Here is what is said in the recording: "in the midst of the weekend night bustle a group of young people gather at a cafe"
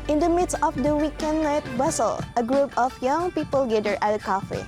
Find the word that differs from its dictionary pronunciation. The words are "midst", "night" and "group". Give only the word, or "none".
none